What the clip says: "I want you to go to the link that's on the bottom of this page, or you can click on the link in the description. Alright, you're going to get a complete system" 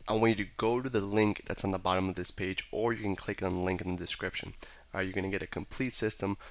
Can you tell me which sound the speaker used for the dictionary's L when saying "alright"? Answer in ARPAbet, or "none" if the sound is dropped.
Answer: none